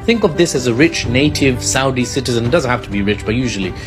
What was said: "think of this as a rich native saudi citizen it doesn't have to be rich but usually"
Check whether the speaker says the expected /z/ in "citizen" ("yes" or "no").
yes